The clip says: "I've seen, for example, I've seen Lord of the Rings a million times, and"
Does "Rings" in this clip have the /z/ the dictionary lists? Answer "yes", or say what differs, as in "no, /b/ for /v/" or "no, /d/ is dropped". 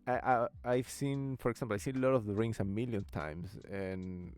no, /s/ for /z/